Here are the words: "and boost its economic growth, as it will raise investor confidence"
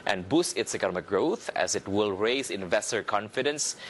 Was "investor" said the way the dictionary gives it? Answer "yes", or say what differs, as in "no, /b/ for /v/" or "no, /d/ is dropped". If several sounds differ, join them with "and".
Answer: yes